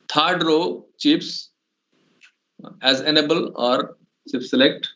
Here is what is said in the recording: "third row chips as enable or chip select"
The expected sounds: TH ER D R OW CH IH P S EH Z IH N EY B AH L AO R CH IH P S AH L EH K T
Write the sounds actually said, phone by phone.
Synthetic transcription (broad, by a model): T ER D R OW CH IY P S EH Z IH N EY B AH L AO R S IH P S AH L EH K T